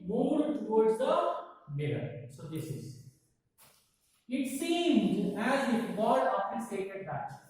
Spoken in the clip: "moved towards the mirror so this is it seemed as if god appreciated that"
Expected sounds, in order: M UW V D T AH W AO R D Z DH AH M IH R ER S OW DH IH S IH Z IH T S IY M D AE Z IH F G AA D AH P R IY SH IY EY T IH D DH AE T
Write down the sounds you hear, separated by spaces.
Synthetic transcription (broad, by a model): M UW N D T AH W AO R D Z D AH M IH R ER S OW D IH S IH Z IH T S IY M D AE Z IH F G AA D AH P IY S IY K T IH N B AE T